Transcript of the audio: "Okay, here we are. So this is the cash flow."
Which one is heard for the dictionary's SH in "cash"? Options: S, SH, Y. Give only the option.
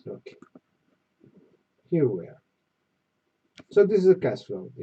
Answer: S